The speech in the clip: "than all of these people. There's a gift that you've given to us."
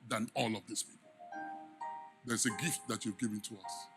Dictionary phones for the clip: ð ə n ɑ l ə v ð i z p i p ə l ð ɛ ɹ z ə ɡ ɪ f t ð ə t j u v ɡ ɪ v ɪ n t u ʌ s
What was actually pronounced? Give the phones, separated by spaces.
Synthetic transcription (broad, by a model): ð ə n ɑ l ə v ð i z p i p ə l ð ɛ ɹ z ə ɡ ɪ f t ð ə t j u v ɡ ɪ v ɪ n t u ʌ s